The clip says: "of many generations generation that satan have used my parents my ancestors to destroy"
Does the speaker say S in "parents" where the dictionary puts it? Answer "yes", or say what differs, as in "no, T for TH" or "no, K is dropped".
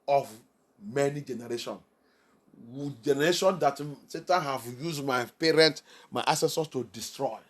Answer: no, S is dropped